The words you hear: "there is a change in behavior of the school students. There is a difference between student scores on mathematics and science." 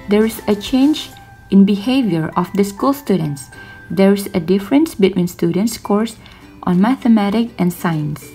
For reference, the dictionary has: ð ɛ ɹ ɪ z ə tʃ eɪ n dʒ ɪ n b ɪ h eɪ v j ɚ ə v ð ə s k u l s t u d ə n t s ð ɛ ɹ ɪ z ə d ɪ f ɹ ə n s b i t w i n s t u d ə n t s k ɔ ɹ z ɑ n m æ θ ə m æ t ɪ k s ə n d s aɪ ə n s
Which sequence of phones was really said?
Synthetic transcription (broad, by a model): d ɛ ɹ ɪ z ə tʃ eɪ n dʒ ɪ n b ɪ h eɪ v j ɚ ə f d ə s k u l s t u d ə n t s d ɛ ɹ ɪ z ə d ɪ f ɹ ə n s b i t w i n s t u d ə n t s k ɔ ɹ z ɑ n m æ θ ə m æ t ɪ k ə n s aɪ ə n s